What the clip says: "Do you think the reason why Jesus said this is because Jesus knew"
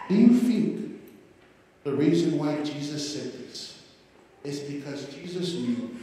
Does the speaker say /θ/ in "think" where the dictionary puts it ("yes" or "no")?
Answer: no